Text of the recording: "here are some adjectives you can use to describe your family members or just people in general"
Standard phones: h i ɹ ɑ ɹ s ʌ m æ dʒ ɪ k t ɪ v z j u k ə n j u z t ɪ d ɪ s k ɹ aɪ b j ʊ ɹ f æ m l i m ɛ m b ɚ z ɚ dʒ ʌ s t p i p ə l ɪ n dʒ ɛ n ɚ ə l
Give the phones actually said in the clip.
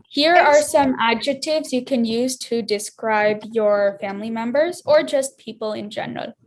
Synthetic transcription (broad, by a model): h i ɹ ɑ ɹ s ʌ m æ dʒ ɪ k t ɪ v z j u k ə n j u z t ɪ d ɪ s k ɹ aɪ b j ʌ ɹ f æ m l i m ɛ m b ɚ z ɚ dʒ ʌ s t p i p l ɪ n dʒ ɛ n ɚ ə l